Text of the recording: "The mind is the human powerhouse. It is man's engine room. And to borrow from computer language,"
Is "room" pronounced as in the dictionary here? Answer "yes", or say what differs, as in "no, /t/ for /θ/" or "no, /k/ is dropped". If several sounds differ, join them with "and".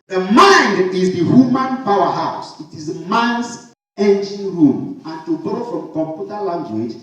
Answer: yes